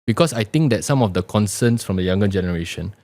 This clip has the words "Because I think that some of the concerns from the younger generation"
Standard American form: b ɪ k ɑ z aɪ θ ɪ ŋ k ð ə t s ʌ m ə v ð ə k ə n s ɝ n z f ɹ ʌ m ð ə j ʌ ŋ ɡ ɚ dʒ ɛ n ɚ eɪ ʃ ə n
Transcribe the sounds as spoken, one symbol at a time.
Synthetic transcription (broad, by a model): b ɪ k ɑ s aɪ t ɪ ŋ k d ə t s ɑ m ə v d ə k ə n s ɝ n s f ɹ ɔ m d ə j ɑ ŋ ɡ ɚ dʒ ɛ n ɚ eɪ ʃ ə n